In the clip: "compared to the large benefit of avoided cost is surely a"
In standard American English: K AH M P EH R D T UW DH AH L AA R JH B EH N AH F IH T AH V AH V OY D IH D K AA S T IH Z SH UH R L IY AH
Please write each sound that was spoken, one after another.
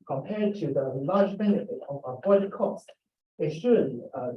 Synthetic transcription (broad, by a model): K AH M P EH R D T UW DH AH L AA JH B EH N AH F IH T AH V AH P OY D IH K AA S T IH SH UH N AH